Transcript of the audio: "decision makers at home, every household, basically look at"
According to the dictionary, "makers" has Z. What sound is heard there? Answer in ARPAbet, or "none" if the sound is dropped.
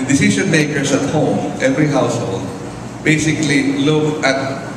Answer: S